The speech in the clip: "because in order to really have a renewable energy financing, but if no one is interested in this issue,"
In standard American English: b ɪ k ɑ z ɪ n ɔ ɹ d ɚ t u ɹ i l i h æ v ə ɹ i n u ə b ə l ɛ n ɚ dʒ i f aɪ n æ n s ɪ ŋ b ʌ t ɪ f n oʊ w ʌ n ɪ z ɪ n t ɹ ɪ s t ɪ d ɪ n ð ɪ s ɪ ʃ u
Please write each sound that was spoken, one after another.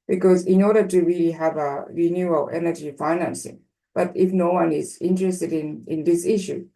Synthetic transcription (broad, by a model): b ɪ k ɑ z ɪ n ɔ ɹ d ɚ t u ɹ i l i h æ v ə ɹ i n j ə ə l ɛ n ɚ dʒ i f aɪ n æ n s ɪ ŋ b ʌ t ɪ f n oʊ w ʌ n ɪ z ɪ n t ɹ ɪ s t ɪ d ɪ n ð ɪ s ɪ ʃ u